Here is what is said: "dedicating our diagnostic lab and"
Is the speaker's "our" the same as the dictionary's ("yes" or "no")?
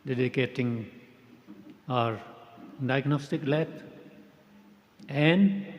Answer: yes